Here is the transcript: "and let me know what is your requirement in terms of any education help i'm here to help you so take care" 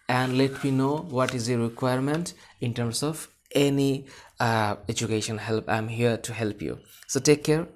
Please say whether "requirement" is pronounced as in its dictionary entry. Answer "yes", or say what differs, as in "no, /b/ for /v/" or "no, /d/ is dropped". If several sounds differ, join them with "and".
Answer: yes